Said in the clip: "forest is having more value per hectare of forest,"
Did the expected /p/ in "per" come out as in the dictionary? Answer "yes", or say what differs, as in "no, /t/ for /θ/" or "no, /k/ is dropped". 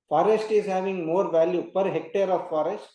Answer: yes